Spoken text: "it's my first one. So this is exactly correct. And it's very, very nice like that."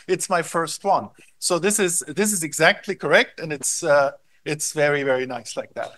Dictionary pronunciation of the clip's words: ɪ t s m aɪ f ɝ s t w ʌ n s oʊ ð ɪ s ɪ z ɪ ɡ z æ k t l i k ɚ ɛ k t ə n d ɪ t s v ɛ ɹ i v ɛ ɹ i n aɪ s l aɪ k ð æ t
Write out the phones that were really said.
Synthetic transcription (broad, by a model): ɪ t s m aɪ f ɝ s t w ʌ n s oʊ ð ɪ s ɪ z ɪ ɡ z æ k t l i k ɚ ɛ k t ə n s ɪ t s v ɛ ɹ i v ɛ ɹ i n aɪ s l aɪ k ð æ t